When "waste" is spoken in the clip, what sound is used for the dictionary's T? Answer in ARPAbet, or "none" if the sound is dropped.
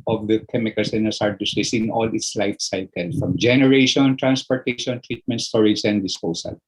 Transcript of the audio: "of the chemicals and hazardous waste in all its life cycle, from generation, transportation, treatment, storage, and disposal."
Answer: none